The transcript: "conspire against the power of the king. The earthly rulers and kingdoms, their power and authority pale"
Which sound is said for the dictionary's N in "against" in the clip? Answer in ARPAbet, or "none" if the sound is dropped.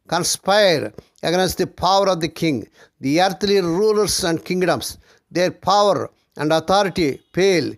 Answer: N